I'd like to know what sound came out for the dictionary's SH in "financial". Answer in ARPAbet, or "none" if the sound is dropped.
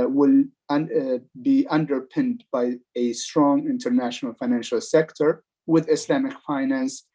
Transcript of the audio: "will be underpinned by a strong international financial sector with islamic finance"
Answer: SH